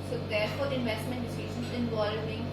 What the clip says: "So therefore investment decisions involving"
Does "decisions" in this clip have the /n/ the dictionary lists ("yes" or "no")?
no